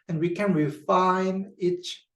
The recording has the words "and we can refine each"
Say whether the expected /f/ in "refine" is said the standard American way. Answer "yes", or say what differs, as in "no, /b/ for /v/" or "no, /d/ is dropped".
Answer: yes